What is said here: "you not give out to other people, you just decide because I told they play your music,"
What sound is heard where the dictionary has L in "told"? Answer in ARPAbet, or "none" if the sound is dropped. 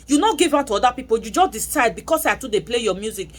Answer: none